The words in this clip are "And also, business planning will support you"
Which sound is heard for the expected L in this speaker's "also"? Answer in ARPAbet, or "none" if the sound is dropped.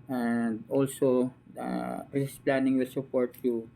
L